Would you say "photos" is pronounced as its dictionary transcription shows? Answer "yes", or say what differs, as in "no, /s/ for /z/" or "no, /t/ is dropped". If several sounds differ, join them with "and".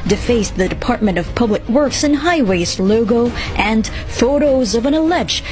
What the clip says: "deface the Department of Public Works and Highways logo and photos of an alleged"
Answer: yes